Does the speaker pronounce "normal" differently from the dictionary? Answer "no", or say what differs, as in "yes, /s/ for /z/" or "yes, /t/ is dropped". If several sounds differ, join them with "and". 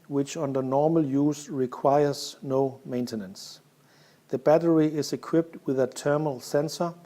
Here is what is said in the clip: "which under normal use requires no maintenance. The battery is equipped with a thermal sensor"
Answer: no